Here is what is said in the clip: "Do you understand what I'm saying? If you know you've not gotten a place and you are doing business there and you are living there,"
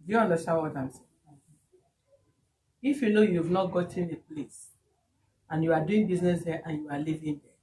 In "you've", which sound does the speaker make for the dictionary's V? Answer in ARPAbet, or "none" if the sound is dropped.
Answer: V